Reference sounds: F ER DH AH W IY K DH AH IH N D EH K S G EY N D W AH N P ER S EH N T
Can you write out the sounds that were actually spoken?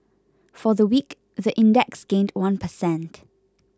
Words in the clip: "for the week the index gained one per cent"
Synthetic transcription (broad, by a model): F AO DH AH W IY K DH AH IH N D EH K S G EY N D W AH N P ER S EH N T